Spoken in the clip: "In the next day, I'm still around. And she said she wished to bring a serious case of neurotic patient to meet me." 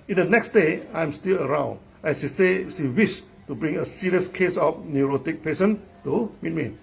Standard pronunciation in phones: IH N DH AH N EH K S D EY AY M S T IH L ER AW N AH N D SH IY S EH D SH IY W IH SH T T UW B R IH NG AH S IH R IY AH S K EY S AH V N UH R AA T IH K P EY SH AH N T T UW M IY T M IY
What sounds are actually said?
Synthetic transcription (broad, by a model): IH N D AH N EH K S D EY AY M S T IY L ER AW N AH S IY S EH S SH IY W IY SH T T UW B R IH NG AH S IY R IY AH S K EY S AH F N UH R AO T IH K P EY S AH N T T UW M IY T M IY